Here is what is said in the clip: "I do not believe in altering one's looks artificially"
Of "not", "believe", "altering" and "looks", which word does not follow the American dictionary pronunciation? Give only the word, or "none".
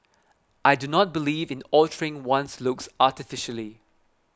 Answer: none